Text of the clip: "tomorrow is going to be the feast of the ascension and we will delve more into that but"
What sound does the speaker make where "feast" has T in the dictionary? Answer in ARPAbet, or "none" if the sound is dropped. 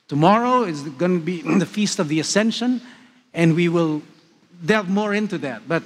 T